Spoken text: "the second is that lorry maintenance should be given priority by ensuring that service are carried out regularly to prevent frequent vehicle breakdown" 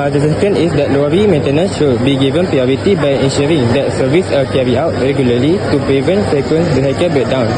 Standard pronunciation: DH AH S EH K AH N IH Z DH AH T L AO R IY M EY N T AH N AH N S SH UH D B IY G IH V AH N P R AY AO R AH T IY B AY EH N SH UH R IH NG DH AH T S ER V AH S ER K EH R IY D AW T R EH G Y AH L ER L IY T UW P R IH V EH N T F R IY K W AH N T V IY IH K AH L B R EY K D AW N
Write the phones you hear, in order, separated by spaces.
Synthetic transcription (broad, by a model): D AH S EH K AH N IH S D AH T L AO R IY M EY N T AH N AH N S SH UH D B IY G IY V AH N P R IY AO R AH T IY B AY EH N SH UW R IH NG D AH T S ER V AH S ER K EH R IY AW T R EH G Y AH L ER L IY T UW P R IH V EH N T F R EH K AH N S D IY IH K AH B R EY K D AW N